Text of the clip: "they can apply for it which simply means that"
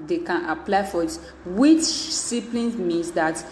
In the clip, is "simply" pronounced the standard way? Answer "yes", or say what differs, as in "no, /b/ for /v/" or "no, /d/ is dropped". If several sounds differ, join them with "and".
no, /m/ is dropped